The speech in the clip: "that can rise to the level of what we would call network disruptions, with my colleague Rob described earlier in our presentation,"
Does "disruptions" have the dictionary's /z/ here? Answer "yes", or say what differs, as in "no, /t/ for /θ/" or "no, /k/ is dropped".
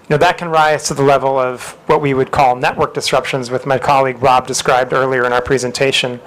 yes